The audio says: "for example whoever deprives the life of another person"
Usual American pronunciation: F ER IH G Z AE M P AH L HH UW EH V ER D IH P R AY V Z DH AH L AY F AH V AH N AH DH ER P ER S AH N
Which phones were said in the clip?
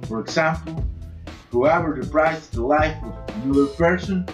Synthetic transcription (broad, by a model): F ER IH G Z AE M P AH L HH UW EH V ER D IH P R AY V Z DH AH L AY F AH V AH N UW ER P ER S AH N